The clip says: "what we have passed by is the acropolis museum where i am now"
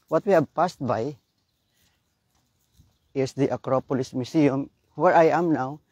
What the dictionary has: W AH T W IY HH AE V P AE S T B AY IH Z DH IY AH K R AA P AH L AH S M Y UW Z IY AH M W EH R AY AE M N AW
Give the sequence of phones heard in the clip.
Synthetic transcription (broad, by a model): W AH T W IY HH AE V P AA S T B AY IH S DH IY AH K R AA P AH L AH S M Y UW S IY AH M W EH R AY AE M N AW